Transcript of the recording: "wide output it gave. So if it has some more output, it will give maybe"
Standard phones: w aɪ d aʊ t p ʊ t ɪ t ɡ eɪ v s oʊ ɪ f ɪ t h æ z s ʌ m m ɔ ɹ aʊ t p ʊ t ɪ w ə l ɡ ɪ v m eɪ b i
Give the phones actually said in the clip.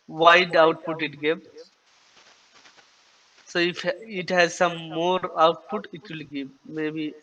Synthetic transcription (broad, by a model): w aɪ d aʊ t p ʊ t ɪ t ɡ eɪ p s oʊ ɪ f ɪ t h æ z s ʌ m m ɔ ɹ aʊ t p ʊ t ɪ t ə l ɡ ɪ p m eɪ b i